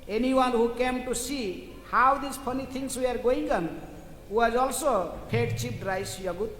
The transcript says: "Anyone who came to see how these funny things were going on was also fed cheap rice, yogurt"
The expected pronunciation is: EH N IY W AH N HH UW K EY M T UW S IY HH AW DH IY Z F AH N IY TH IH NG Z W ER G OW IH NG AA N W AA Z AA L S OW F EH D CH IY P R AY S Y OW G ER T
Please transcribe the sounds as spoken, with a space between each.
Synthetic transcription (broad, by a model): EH N IY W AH N HH UW K EY M T UW S IY HH AW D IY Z P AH N IY T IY NG S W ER G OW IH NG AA N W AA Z AA L S OW P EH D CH IY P R AY S Y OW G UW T